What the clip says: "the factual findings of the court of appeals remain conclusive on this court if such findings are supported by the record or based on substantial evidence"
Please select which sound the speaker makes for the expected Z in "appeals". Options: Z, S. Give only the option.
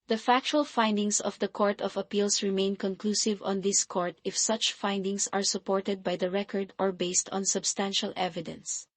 S